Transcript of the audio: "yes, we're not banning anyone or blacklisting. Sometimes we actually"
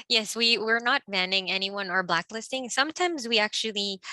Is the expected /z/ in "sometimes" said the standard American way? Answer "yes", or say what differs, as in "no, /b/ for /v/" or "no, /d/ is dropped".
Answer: yes